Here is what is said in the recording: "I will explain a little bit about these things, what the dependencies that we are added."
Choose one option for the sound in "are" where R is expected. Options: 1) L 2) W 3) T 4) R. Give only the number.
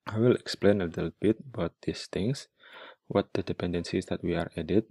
4